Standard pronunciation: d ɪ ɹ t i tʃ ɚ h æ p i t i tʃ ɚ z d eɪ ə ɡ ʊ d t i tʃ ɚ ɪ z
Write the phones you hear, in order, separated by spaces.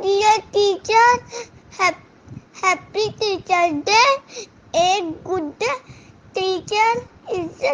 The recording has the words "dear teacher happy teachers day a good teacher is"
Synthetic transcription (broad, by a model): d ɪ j t i tʃ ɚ h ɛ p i t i tʃ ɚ d eɪ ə ɡ ʊ d t i tʃ ɚ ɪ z